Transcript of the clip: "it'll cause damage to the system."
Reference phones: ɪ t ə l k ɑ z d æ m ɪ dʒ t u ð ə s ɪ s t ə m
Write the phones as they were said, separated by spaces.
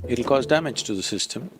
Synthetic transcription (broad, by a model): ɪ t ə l k ɑ z d æ m ɪ dʒ t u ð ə s ɪ s t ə m